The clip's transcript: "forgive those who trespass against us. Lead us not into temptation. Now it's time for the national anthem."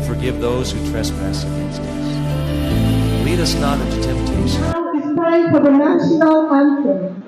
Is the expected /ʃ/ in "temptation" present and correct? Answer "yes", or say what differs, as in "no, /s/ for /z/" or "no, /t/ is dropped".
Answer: no, /ʃ/ is dropped